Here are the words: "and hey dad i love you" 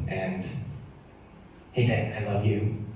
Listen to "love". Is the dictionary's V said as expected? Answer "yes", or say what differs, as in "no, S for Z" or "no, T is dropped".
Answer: yes